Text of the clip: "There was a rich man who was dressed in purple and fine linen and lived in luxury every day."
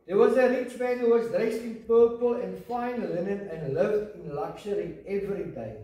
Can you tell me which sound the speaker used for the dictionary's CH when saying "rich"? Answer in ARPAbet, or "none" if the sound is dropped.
CH